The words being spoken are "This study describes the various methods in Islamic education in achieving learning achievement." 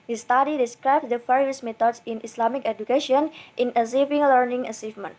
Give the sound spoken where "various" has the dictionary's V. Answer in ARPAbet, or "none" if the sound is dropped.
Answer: F